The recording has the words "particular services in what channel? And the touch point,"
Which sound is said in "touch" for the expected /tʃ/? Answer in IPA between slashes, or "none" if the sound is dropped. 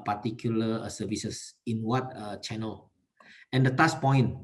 /s/